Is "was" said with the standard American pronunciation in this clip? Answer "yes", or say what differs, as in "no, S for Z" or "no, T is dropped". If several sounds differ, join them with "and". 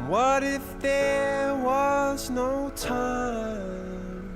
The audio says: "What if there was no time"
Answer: yes